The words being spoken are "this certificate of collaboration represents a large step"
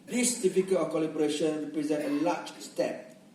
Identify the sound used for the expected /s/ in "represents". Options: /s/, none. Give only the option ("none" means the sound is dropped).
none